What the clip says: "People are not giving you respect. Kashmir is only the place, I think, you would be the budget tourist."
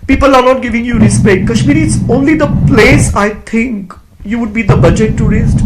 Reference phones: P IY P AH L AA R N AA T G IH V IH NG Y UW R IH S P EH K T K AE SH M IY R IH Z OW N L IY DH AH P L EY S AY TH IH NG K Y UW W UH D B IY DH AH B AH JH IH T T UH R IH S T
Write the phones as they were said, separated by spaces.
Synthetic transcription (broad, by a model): P IY P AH L AA R N AA T G IH V IH NG Y UW R IH S P EH K T K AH SH M IY R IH S OW N L IY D AH P L EY S AY T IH NG K Y UW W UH D B IY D AH B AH JH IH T T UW R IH S T